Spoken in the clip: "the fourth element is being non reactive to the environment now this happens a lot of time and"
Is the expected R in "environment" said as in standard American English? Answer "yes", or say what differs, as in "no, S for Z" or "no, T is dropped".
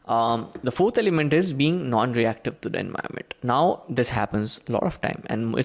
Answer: no, R is dropped